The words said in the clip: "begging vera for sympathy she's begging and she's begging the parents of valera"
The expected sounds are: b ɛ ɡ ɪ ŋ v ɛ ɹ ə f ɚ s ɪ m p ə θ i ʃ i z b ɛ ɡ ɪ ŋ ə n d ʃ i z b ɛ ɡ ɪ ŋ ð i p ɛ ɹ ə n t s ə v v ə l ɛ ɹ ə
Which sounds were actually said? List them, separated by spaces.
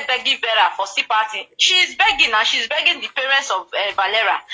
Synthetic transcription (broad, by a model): b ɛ ɡ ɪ v ɛ ɹ ə f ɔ s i p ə t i ʃ i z b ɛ ɡ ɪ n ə ʃ i z b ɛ ɡ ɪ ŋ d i p ɛ ɹ ə n t s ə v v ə l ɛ ɹ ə